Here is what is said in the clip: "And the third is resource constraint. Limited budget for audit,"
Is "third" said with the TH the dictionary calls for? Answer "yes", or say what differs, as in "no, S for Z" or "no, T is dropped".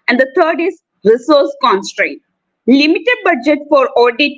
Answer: no, T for TH